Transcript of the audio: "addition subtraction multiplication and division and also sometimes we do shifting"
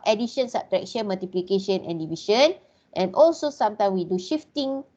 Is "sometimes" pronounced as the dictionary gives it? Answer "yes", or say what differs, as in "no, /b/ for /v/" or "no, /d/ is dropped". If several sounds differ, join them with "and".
no, /z/ is dropped